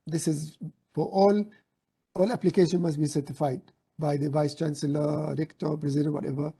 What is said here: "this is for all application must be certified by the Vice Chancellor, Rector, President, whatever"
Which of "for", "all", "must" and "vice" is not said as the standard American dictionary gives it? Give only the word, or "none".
for